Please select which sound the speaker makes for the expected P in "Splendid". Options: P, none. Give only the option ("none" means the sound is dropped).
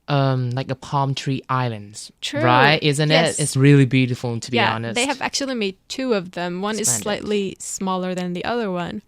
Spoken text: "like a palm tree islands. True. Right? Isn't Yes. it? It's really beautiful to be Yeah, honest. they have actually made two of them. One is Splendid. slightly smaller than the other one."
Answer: none